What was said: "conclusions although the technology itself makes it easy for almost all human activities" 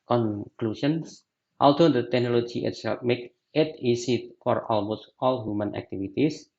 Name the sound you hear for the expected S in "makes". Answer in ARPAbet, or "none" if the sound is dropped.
none